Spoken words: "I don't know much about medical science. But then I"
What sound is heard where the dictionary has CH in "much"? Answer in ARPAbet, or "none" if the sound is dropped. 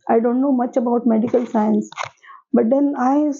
CH